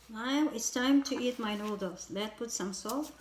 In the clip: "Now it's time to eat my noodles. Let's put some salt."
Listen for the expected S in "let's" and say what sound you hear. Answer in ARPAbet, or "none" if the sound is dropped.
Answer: none